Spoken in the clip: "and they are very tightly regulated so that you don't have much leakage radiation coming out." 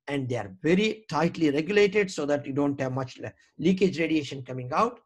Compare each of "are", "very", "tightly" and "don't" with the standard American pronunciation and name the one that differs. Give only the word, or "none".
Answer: none